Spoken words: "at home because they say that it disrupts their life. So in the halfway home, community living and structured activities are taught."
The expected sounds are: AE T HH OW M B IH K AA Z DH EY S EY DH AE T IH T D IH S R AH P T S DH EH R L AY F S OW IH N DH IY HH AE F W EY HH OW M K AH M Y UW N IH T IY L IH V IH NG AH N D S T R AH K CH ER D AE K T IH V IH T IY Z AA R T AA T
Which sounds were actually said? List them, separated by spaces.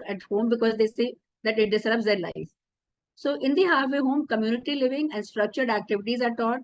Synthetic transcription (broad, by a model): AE T HH OW M B IH K AA Z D EY S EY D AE T IH T D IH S L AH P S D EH R L AY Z S OW IH N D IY HH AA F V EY HH OW M K AH M Y UW N IH T IY L IH V IH NG AH N D S T R AH K CH ER D AE K T IH V IH T IY Z AA R T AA T